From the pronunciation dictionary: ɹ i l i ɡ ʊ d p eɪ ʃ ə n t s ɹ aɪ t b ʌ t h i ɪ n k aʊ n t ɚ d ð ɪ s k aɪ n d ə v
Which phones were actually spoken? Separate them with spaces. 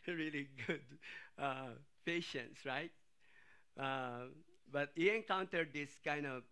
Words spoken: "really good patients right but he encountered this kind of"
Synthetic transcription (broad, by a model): ɹ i l i ɡ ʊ d p eɪ ʃ ə n t s ɹ aɪ t b ʌ t h i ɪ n k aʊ n t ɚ d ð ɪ s k aɪ n d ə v